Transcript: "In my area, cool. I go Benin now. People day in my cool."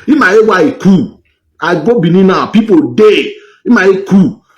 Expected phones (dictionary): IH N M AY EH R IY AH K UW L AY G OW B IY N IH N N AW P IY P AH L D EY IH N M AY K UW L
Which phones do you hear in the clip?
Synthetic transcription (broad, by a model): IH M AY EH W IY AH K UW AY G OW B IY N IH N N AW P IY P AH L D EY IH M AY K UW